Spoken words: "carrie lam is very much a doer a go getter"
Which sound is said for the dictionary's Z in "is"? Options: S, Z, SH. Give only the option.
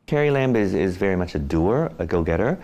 Z